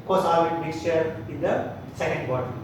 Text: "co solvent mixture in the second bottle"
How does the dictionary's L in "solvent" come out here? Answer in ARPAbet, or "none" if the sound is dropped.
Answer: none